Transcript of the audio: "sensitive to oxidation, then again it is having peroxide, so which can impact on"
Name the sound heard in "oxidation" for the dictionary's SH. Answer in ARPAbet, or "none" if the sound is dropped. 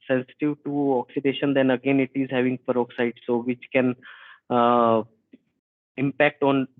SH